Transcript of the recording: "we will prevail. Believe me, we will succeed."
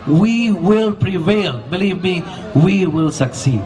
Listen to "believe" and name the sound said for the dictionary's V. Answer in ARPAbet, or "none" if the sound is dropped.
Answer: V